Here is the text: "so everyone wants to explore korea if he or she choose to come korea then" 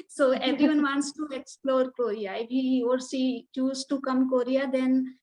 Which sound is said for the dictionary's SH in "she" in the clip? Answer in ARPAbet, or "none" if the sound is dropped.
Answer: S